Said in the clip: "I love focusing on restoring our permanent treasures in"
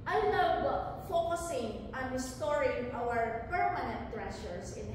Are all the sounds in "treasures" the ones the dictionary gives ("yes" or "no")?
no